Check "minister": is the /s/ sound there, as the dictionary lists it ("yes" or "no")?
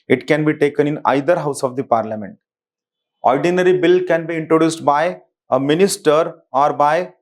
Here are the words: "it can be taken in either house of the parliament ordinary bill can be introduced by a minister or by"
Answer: yes